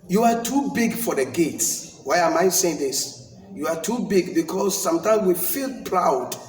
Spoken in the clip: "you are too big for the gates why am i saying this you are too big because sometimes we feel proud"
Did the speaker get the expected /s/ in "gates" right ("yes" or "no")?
yes